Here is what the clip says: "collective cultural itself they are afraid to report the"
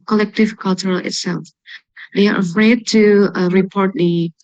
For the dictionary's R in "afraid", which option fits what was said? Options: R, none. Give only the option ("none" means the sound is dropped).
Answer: R